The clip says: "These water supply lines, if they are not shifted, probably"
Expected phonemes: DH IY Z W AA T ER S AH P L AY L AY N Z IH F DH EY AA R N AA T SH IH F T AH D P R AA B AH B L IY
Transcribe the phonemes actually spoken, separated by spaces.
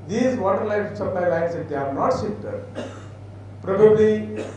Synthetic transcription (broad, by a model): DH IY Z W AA T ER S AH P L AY L AY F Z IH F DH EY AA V N AA T S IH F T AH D P R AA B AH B L IY